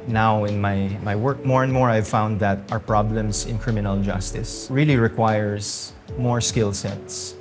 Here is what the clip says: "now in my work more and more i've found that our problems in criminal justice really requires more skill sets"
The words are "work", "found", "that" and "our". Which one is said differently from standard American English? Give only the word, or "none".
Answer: none